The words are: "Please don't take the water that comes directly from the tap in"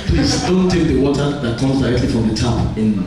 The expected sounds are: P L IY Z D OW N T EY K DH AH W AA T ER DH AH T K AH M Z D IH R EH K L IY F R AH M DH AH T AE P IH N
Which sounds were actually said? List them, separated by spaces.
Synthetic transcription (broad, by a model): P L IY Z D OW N T EY K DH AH W AA T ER DH AH T K AH M Z D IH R EH K L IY F R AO M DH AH T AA IH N